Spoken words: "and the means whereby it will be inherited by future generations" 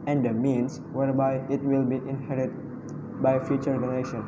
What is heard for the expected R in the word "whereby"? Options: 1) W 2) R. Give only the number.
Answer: 2